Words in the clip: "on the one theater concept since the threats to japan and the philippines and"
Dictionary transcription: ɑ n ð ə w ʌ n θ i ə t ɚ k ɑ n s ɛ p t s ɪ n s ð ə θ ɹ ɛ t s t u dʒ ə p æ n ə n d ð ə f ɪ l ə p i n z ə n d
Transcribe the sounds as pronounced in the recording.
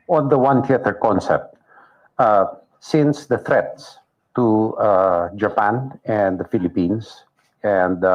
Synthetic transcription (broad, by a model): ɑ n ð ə w ʌ n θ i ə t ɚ k ɑ n s ɛ p t s ɪ n s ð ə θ ɹ ɛ t s t u dʒ ə p æ n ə n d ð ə f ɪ l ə p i n s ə n d